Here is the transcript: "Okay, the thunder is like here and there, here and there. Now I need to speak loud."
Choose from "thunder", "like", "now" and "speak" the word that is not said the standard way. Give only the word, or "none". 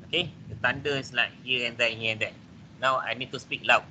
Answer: thunder